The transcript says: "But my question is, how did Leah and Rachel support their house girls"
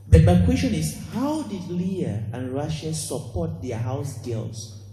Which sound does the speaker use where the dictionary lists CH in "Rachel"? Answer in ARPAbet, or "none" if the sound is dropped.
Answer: SH